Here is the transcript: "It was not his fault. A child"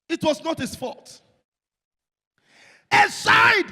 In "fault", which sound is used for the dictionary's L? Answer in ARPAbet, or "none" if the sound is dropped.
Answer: none